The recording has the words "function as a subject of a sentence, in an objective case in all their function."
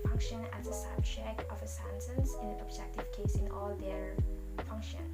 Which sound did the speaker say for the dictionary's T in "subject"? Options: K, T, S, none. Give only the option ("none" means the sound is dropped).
none